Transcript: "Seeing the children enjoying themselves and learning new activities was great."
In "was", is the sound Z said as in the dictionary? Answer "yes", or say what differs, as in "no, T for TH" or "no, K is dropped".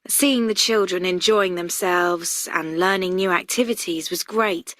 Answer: yes